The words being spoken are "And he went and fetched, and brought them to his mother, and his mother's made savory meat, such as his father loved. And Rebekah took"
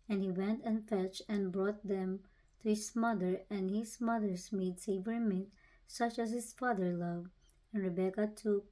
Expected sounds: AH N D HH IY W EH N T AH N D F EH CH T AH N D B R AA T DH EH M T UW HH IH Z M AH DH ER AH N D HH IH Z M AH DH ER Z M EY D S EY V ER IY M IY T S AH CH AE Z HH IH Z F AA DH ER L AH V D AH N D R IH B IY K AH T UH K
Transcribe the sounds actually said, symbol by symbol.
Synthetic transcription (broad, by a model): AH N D HH IY W EH N T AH N F EH CH T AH N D B R AA T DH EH M T UW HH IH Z M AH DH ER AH N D HH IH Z M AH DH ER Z M EY D S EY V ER M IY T S AH CH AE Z HH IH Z F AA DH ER L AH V AH N R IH B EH K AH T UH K